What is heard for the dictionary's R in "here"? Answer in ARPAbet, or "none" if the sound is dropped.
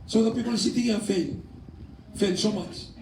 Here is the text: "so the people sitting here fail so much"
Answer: L